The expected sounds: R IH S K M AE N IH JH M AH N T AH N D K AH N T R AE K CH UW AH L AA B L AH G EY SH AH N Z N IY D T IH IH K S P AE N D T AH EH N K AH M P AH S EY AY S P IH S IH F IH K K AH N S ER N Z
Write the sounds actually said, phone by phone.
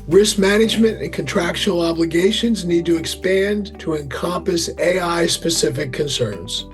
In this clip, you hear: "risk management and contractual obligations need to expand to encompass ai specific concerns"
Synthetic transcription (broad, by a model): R IH S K M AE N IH JH M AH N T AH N K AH N T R AE K SH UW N L AA B L AH G EY SH AH N Z N IY D T IH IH K S P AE N T AH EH N K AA M P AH S EY AY S P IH S IH F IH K K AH N S ER N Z